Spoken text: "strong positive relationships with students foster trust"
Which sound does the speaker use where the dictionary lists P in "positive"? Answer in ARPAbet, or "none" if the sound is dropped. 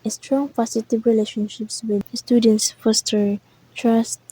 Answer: F